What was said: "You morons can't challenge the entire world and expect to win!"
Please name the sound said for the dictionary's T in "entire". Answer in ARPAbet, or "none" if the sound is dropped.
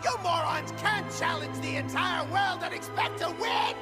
T